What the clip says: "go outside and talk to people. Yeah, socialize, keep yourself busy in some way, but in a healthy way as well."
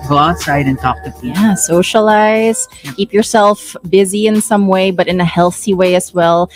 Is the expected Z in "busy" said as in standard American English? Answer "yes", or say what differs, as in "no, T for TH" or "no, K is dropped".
yes